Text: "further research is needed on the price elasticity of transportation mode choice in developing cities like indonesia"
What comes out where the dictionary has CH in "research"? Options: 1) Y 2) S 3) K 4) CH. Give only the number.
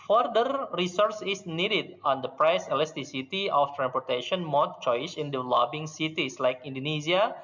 2